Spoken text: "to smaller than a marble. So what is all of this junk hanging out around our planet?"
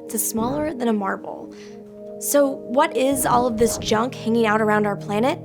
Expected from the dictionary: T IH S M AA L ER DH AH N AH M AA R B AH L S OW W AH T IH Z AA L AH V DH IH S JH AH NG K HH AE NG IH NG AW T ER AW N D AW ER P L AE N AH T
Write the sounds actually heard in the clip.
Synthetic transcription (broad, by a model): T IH S M AA L ER DH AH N AH M AA R B L S OW W AH T IH Z AA L AH V DH IH S JH AH NG K HH AE NG IH NG AW T ER AW N D AW ER P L AE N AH T